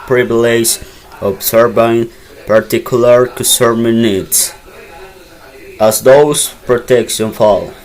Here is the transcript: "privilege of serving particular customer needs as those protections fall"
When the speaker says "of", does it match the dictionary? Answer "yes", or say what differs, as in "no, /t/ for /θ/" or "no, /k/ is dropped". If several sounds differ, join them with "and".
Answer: no, /b/ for /v/